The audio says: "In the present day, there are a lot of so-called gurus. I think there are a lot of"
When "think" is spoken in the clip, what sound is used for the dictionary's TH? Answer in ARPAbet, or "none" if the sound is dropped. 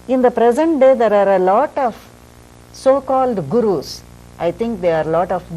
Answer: T